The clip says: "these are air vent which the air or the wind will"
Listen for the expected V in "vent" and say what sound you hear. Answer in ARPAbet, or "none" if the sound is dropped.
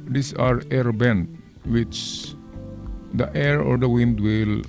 B